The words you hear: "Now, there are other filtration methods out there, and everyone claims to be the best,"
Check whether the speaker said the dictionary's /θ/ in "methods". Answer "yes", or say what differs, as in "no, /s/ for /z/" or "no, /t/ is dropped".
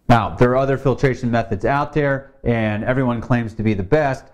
yes